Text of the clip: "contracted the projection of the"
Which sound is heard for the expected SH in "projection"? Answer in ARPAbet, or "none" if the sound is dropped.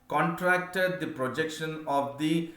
SH